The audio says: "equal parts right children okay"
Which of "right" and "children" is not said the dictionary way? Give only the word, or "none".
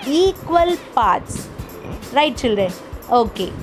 children